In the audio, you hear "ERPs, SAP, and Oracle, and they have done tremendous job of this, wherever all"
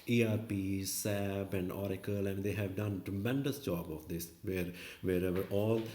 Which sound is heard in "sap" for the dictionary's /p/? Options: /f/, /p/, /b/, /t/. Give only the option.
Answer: /b/